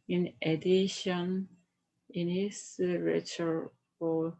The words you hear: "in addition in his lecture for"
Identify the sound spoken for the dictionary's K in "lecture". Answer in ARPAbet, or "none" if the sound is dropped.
none